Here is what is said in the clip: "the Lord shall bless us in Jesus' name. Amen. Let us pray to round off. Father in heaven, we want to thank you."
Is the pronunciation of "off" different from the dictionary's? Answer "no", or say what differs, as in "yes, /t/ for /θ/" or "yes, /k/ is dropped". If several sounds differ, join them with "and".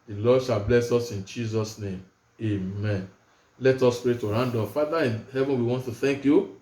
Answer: yes, /p/ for /f/